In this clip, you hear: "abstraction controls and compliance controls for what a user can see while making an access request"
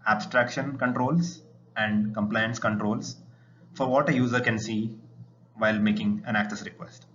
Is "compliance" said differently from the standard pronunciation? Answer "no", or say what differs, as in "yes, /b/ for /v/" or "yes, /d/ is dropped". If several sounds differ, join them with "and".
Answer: no